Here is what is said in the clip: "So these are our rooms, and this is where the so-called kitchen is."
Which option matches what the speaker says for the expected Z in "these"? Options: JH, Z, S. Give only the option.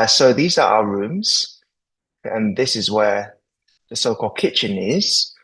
Z